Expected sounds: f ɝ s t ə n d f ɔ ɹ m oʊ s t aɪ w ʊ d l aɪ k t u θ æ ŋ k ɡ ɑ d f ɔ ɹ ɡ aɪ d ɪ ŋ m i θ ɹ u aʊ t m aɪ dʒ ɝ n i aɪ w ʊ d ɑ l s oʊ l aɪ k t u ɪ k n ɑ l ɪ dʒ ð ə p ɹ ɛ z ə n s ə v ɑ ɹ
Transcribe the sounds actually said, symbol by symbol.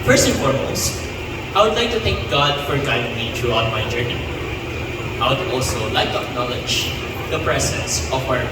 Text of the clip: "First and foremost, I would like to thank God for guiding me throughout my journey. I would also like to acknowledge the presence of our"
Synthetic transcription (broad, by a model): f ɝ s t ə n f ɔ ɹ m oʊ s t aɪ w ʊ d l aɪ k t u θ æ ŋ k ɡ ɑ d f ɔ ɹ ɡ aɪ d ɪ ŋ m i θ ɹ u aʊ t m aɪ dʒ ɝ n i aɪ w ʊ d ɑ l s oʊ l aɪ k t u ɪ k n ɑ l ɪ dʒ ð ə p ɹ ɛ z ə n s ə w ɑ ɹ